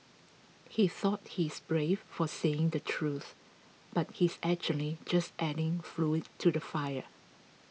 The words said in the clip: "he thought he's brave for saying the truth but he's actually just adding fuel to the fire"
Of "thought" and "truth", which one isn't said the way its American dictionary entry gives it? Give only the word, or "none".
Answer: none